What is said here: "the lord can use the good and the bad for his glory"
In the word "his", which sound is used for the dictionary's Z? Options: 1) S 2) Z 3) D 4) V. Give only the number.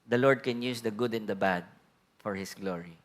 1